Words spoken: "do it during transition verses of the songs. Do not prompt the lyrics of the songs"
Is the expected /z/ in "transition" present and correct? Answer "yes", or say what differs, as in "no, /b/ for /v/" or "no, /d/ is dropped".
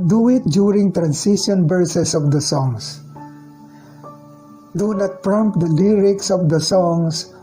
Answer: no, /s/ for /z/